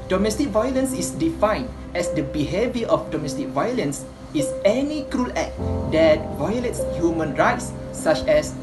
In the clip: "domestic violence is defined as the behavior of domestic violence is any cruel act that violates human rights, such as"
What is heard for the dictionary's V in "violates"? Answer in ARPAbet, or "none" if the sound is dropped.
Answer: V